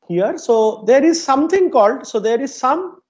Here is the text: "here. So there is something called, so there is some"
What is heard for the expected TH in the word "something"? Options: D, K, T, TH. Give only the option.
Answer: T